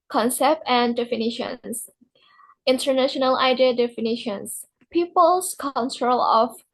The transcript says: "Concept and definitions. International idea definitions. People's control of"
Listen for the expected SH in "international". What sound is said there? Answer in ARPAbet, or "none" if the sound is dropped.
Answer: SH